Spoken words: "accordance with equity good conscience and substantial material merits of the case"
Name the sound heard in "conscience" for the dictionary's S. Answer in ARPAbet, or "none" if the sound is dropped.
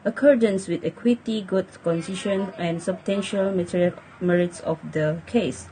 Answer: none